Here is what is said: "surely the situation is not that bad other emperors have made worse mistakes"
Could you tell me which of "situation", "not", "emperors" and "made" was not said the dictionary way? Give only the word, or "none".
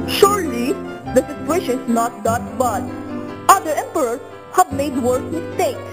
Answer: emperors